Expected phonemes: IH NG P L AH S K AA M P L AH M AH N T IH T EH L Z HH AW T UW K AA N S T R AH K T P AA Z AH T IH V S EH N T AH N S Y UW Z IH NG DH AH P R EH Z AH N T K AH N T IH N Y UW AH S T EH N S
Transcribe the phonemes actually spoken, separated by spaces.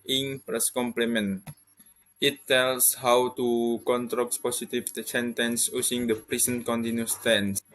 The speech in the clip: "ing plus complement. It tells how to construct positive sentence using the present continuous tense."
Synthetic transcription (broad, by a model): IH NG P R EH S K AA M P L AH M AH N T IH T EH L S HH AW T UW K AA N T R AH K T P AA S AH T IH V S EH N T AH N S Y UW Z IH NG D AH P R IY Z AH N K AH N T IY N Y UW S T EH N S